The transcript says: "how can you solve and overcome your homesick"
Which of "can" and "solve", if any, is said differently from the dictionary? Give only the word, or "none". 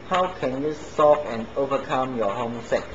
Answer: solve